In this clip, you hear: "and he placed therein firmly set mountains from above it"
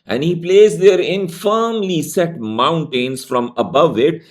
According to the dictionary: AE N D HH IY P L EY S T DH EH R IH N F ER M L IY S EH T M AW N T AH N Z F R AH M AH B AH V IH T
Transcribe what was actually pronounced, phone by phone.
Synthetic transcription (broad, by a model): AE N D HH IY P L EY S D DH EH R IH N F ER M L IY S EH T M AW N T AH N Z F R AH M AH B AH V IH T